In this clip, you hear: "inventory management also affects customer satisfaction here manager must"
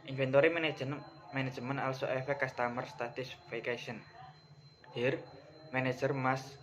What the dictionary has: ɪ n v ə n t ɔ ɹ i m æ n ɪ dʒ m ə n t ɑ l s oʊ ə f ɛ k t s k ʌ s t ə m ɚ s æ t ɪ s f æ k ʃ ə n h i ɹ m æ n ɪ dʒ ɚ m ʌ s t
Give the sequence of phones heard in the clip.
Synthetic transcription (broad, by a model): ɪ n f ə n t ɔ ɹ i m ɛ n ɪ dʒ m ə n ɑ l s oʊ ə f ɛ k k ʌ s t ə m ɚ s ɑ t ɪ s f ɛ k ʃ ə n h i ɹ m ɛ n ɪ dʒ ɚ m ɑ s